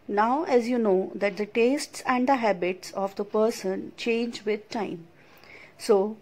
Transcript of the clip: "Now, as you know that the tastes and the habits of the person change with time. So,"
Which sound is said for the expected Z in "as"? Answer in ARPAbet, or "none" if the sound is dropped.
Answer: Z